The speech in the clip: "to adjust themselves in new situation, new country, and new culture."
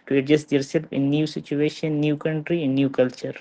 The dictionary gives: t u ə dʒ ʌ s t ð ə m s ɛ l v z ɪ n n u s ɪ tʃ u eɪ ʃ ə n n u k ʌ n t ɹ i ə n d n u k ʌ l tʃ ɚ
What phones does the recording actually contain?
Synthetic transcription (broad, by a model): t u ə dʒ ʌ s t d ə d s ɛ l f ɪ n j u s ɪ tʃ u eɪ ʃ ə n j u k ʌ n t ɹ i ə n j u k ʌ l tʃ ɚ